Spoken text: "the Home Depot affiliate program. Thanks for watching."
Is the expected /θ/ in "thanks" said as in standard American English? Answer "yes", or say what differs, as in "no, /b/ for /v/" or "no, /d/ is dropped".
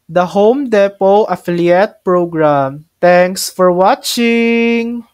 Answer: no, /t/ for /θ/